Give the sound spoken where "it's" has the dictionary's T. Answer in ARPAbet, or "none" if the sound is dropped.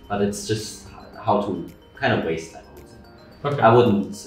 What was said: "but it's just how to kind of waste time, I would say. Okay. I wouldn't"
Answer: T